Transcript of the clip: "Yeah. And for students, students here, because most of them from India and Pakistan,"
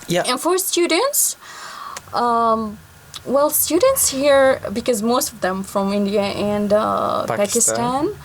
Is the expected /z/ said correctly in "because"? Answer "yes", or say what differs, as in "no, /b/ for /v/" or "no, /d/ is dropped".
yes